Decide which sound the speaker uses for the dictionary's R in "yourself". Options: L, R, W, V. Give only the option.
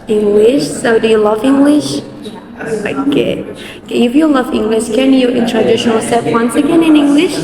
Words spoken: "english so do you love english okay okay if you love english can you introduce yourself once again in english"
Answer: L